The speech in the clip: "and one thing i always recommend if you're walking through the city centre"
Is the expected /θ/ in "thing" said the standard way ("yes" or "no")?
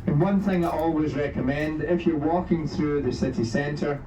yes